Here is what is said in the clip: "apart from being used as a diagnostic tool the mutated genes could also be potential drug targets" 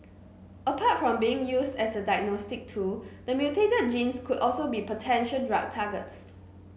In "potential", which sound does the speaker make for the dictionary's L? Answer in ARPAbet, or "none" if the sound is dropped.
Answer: N